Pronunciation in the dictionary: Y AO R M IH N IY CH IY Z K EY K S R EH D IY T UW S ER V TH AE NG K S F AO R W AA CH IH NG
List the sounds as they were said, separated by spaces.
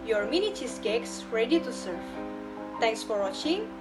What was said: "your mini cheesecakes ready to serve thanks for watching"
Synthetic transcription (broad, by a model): Y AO R M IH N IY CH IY S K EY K S R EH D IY T UW S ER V T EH NG K S F AO R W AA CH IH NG